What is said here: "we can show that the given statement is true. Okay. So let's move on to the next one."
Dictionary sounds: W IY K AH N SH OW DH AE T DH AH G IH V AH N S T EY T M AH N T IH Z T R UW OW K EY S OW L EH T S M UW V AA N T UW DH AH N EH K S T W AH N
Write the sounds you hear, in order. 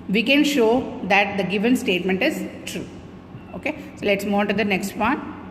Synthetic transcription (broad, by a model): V IY K AH N SH OW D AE T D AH G IH V AH N S T EY T M AH N T IH Z T R UW OW K EY S OW L EH T S M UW AA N T UW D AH N EH K S T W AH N